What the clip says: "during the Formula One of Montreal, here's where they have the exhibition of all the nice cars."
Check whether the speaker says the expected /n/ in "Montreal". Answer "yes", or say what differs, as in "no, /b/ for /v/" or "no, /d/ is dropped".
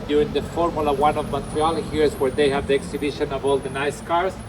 no, /n/ is dropped